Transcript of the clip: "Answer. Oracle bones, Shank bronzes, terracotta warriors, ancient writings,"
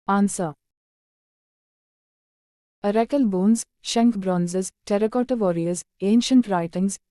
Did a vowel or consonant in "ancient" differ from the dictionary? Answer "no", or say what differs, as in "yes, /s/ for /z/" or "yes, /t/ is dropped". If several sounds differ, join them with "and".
no